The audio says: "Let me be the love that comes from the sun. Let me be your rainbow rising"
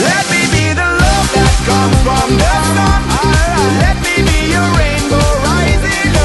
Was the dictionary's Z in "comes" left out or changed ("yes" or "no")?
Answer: yes